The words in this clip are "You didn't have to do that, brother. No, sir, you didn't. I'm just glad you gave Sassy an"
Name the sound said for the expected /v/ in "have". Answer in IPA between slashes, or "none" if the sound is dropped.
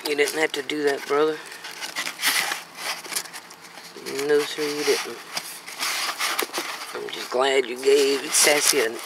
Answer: /f/